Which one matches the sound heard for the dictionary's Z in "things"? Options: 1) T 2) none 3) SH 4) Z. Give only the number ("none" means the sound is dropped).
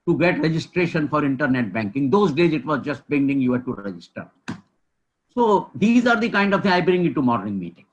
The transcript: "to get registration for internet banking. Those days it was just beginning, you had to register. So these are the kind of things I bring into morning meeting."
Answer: 2